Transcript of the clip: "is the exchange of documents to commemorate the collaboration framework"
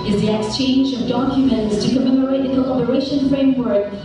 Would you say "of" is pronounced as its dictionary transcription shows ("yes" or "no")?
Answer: yes